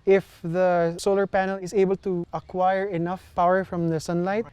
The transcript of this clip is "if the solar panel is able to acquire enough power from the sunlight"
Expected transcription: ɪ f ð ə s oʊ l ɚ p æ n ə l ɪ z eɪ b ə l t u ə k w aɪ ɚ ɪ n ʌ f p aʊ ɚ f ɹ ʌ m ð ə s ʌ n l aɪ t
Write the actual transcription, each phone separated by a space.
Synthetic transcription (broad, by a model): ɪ f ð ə s oʊ l ɚ p æ n ə l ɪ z eɪ b ə l t u ə k w aɪ ɚ ɪ n ʌ f p aʊ ɚ f ɹ ʌ m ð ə s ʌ n l aɪ t